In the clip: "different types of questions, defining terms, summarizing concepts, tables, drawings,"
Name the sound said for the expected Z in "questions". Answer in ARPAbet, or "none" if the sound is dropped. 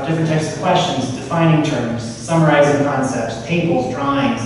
Z